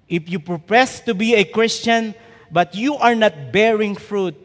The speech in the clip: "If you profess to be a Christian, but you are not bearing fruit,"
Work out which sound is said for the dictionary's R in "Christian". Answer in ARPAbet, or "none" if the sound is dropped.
R